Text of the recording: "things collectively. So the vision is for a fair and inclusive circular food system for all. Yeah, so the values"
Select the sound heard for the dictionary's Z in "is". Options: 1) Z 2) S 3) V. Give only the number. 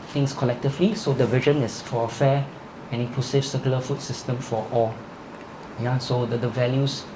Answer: 2